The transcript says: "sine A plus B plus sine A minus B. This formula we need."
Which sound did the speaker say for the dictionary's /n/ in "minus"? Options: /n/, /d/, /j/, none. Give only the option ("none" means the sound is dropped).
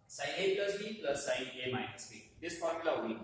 none